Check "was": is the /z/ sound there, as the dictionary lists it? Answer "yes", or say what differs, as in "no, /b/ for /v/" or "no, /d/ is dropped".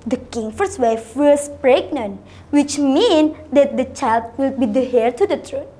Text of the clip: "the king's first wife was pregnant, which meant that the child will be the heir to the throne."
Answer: no, /s/ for /z/